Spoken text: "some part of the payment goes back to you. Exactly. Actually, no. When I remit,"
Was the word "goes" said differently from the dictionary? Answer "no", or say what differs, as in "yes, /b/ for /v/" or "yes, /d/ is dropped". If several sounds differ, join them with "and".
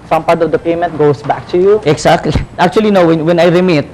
yes, /s/ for /z/